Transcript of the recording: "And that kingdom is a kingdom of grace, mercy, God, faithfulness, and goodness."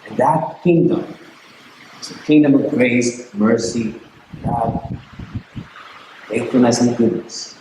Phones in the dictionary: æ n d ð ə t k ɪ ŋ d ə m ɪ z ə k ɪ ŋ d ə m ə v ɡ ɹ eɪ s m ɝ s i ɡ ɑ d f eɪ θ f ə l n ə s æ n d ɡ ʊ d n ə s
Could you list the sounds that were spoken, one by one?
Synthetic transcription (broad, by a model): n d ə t k ɪ ŋ d ə m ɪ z ə k ɪ ŋ d ə m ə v ɡ ɹ eɪ s m ɝ s i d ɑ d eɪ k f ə n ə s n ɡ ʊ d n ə s